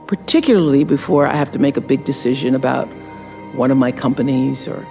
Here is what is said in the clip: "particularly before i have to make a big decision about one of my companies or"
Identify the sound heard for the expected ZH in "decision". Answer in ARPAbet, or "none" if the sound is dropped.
ZH